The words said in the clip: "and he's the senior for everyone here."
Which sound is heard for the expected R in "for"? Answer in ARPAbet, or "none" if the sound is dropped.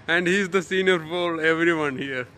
L